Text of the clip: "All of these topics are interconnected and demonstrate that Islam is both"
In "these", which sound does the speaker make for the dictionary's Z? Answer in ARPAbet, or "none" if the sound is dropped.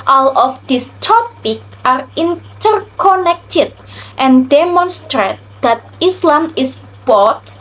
S